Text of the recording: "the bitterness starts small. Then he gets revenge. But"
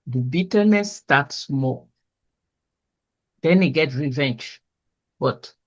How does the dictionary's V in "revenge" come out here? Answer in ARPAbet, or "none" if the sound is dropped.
V